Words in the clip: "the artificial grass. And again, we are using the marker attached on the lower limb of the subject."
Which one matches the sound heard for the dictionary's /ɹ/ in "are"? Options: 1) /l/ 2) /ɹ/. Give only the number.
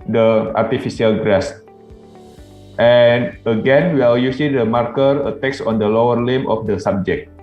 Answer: 1